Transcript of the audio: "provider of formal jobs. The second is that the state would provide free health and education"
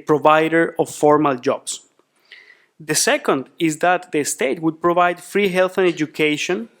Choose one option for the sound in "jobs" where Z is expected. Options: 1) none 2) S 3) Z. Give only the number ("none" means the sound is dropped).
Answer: 2